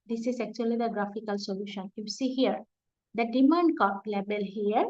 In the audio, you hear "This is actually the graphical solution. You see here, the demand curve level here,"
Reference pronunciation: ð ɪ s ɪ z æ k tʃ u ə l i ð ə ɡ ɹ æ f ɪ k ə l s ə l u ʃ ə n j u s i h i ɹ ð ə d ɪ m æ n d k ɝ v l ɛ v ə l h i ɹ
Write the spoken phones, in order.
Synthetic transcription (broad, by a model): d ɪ s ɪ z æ k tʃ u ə l i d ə ɡ ɹ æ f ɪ k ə l s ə l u ʃ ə n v s i h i ɹ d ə d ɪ m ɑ n d k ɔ p l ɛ b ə l h i ɹ